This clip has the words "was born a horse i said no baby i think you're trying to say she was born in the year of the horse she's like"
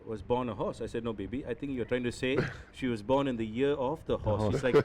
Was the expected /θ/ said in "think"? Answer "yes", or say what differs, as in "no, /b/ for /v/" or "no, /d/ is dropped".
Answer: no, /t/ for /θ/